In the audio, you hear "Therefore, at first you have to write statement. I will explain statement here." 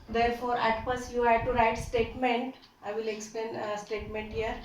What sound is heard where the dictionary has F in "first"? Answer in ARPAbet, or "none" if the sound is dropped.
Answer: P